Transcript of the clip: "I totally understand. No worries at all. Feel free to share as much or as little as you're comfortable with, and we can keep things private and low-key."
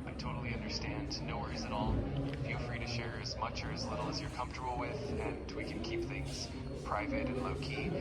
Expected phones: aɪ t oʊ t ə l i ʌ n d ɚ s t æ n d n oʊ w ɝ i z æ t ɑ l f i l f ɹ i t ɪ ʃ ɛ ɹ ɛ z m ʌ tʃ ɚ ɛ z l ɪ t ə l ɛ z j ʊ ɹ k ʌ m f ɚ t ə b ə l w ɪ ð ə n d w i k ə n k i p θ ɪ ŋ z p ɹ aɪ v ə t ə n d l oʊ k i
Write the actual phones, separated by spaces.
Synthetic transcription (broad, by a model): aɪ t oʊ t l i ʌ n d ɚ s t æ n d n oʊ w ɝ i z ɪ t ɑ l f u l f ɹ i t ɪ ʃ ɛ ɹ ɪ z m ʌ tʃ ɚ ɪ z l ɪ t l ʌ z j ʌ ɹ k ʌ m f t ə b l w ɪ ð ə n w i k ə n k i p θ ɪ ŋ z p ɹ aɪ v ə t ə n l oʊ k i